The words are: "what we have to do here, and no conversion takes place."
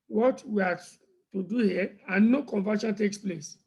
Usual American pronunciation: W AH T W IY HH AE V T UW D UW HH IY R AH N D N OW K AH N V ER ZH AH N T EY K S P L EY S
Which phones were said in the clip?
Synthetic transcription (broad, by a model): W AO T W IY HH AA T UW D UW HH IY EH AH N N OW K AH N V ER SH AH N T EY K S P L EY S